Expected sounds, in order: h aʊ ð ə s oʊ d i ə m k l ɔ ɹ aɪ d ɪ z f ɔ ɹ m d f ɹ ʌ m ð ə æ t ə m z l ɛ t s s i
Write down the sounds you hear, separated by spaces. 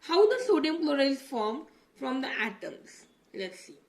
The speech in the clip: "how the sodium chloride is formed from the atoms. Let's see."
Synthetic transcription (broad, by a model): h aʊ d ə s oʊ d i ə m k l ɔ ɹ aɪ ɪ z f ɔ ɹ m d f ɹ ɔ m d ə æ t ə m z l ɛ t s s i